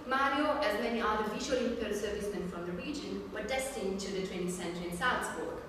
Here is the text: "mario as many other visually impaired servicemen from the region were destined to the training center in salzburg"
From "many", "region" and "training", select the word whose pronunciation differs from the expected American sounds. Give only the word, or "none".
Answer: training